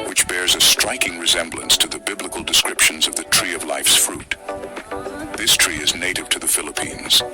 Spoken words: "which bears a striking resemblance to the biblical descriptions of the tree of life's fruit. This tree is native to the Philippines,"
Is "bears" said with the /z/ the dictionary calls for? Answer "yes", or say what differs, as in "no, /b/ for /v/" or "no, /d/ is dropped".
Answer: yes